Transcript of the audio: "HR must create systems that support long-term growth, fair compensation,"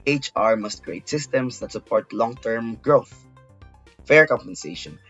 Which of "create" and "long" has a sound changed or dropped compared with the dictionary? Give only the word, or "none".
none